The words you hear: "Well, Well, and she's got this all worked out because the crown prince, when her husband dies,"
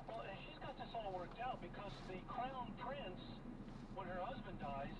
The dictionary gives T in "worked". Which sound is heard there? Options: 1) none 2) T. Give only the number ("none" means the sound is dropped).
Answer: 2